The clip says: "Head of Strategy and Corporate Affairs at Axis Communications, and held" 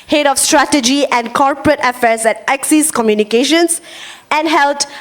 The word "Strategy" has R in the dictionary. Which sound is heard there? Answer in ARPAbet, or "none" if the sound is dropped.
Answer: R